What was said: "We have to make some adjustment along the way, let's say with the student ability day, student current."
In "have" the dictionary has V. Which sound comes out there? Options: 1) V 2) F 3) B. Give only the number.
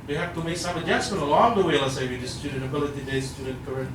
2